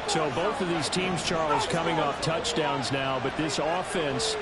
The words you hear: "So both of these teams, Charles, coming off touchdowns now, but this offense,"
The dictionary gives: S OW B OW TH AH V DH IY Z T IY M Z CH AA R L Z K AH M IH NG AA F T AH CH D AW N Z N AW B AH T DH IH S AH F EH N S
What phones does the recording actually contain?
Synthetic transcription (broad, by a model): S OW B OW TH AH V DH IY Z T IY M Z CH AA R L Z K AH M IH NG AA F T AH CH D AW N Z N AW B AH T DH IH S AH F EH N S